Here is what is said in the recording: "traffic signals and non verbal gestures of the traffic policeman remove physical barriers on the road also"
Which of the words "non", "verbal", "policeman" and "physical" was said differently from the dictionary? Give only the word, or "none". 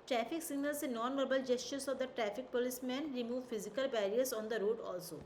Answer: none